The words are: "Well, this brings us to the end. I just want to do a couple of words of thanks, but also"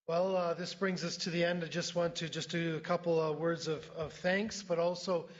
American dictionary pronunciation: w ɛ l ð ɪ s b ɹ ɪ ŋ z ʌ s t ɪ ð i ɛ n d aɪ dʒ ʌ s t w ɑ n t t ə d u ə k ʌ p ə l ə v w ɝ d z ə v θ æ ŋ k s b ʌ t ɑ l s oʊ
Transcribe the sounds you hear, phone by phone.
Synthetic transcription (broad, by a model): w ɛ l ð ɪ s b ɹ ɪ ŋ z ʌ s t ɪ ð i ɛ n d aɪ dʒ ʌ s t w ɑ n t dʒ ə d ə k ʌ p l w ɝ d z ə v θ æ ŋ k s b ʌ t ɑ l s oʊ